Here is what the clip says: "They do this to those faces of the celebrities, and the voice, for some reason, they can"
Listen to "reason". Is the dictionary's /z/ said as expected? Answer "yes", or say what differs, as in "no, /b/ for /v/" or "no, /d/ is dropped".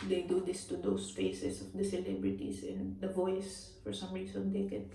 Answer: no, /s/ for /z/